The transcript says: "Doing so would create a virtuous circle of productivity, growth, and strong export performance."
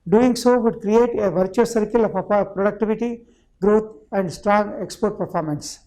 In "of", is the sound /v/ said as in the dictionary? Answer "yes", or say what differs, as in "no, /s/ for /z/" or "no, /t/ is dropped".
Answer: no, /p/ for /v/